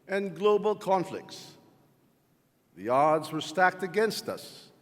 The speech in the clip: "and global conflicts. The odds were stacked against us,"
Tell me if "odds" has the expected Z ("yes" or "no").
yes